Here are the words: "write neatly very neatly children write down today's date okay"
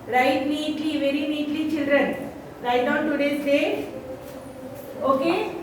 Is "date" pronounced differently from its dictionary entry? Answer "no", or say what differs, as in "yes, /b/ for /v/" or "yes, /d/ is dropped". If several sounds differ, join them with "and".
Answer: yes, /t/ is dropped